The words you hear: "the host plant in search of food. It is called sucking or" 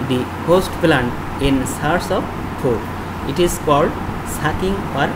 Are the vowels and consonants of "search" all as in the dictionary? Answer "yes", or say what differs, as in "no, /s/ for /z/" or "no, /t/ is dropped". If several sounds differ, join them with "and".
no, /s/ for /tʃ/